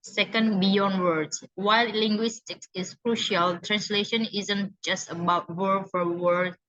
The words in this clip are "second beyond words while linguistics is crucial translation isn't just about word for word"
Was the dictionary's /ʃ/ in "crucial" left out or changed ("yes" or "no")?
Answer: no